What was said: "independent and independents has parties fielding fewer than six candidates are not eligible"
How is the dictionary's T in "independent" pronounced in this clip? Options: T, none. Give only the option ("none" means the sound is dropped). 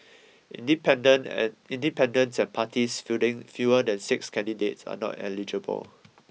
none